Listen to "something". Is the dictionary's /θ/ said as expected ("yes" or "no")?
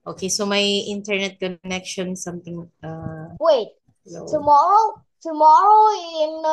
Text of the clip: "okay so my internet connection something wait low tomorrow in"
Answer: no